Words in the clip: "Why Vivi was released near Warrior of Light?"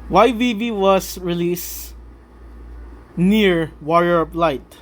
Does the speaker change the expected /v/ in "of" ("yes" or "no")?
yes